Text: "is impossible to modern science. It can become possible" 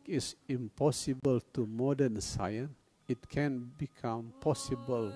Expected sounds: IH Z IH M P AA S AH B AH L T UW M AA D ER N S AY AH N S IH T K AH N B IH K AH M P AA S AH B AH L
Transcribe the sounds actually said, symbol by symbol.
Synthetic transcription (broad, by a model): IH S IH M P AA S AH B AH L T UW M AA D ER N S AY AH N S IH T K AH N B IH K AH M P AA S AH B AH L